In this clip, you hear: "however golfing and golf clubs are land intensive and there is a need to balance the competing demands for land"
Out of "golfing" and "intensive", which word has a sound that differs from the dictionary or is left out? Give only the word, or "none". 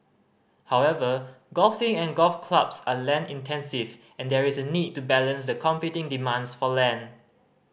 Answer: none